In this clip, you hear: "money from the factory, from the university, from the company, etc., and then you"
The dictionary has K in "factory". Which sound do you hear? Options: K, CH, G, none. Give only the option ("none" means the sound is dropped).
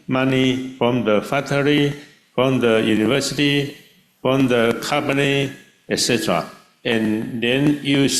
none